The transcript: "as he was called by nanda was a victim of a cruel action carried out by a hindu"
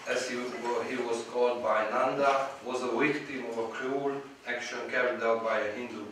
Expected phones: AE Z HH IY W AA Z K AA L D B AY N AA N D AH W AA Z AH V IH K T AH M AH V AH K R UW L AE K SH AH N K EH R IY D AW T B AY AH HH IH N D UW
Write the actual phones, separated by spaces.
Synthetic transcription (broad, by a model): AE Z HH IY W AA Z K AA L D B AY N AA N D AH W AA Z AH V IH K T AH M AH V AH K R UW L AE K SH AH N K EH R IY D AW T B AY AH HH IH N D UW